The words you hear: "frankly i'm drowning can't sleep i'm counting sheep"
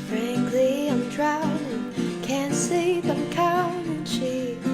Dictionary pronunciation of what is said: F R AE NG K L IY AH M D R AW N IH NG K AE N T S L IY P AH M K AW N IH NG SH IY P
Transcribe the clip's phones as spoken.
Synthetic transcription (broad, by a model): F R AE NG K L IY AH M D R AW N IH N K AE N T S IY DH AH M K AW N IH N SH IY